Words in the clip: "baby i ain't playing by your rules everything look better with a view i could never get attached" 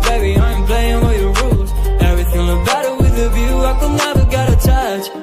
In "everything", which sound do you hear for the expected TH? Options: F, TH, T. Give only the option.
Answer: TH